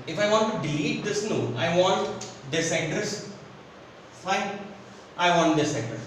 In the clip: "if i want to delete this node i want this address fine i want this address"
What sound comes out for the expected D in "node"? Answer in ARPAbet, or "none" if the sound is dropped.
none